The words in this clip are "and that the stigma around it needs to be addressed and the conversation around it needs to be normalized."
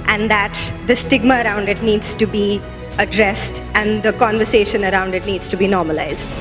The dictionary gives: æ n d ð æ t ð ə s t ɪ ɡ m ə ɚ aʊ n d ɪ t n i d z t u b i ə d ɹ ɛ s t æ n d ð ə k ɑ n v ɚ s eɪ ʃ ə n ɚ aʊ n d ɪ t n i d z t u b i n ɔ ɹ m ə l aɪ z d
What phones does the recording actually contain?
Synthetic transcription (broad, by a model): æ n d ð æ t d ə s t ɪ ɡ m ə ɚ aʊ n d ɪ t n i d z t u b i ə d ɹ ɛ s t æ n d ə k ɑ n v ɚ s eɪ ʃ ə n ɚ aʊ n d ɪ t n i d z t u b i n ɔ ɹ m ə l aɪ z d